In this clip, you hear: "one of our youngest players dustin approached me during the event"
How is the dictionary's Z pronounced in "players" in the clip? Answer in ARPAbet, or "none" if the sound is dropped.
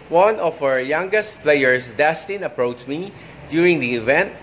S